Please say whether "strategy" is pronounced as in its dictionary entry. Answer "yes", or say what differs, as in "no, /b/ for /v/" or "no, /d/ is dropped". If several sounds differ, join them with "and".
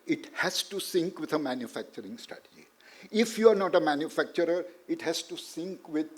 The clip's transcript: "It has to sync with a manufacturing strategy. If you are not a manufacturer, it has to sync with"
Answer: no, /ɹ/ is dropped